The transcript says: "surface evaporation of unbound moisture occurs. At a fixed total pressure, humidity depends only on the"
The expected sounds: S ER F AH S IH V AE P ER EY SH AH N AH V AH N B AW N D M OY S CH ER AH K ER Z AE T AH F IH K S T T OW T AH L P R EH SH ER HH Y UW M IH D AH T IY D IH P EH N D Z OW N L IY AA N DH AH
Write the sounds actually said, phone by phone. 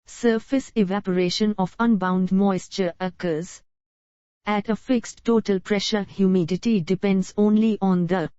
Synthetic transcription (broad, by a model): S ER F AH S IH V AE P ER EY SH AH N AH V AH N B AW N D M OY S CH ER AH K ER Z AE T AH F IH K S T T OW T AH L P R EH SH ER HH Y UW M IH D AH T IY D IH P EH N D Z OW N L IY AA N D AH